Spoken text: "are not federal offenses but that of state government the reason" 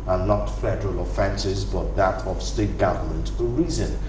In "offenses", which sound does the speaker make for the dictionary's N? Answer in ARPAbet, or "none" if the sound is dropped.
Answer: N